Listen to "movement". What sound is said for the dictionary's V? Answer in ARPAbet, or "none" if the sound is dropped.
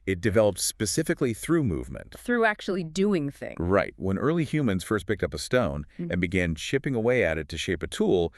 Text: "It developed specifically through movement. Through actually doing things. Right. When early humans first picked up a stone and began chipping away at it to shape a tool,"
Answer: V